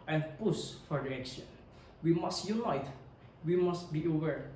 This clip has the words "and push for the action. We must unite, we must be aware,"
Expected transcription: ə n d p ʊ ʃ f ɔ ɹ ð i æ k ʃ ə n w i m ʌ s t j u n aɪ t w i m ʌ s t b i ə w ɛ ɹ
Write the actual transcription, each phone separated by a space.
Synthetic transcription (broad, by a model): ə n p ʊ s f ɔ ɹ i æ k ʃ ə n w i m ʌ s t j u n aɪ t w i m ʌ s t b i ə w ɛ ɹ